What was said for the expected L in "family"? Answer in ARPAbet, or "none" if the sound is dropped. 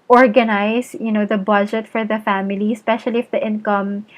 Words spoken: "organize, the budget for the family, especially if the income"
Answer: L